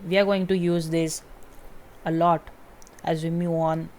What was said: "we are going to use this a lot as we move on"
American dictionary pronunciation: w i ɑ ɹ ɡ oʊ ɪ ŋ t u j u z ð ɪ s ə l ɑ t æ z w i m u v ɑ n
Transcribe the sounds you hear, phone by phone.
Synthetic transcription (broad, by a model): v i ɑ ɹ ɡ oʊ ɪ ŋ t u j u z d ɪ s ə l ɑ t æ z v i m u ɑ n